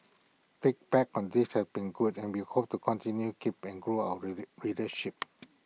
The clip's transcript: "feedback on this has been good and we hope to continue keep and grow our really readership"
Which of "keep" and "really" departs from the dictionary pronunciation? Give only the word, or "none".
really